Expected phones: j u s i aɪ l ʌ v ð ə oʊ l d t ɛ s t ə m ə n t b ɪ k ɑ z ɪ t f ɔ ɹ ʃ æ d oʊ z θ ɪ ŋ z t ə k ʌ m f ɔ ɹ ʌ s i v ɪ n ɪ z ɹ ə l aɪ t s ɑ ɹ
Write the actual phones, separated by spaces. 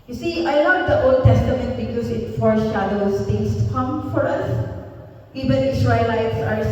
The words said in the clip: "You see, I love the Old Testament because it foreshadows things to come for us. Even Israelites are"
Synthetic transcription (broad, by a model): j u s i aɪ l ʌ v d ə oʊ l d t ɛ s t ə m ə n t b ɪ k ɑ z ɪ t f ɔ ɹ ʃ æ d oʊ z t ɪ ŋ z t k ʌ m f ɔ ɹ ʌ s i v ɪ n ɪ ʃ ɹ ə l aɪ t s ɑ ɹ